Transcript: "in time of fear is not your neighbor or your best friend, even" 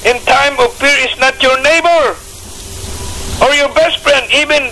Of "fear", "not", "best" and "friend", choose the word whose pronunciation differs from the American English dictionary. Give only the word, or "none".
fear